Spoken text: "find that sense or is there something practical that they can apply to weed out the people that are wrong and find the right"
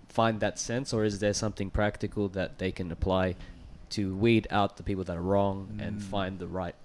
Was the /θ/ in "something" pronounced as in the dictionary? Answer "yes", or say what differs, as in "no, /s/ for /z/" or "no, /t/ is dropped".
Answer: yes